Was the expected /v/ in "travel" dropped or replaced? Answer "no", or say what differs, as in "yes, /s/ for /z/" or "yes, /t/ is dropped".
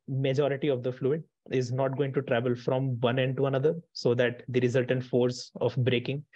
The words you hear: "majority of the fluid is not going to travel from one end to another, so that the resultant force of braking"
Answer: no